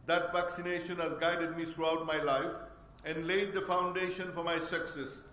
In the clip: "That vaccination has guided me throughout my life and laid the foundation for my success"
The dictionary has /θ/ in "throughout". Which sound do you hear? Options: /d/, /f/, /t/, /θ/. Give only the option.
/t/